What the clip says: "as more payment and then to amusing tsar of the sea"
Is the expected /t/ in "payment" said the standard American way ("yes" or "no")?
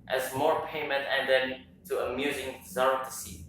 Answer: yes